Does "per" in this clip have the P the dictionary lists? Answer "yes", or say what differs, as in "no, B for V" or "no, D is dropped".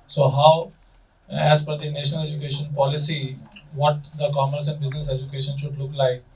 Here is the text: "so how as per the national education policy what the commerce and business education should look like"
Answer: no, F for P